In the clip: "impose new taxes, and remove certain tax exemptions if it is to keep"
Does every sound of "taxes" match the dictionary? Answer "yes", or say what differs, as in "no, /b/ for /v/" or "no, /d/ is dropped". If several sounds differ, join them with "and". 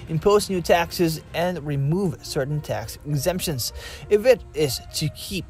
yes